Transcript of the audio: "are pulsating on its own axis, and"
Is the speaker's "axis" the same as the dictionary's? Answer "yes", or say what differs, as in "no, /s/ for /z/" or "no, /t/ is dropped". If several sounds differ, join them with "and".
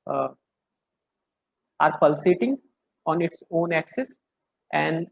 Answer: yes